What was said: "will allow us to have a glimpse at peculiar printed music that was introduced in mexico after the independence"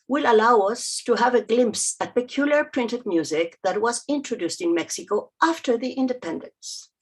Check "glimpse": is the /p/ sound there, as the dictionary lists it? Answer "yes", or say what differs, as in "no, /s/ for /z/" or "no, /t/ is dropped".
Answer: yes